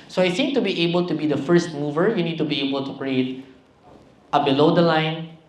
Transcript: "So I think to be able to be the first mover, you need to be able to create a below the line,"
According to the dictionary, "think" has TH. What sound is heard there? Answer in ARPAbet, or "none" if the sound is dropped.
S